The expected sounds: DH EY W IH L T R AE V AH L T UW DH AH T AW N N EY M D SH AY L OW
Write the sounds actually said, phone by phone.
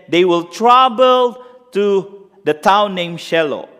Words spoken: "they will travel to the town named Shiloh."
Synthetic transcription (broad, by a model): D EY W IH L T R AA B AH L T UW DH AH T AW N N EY M SH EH L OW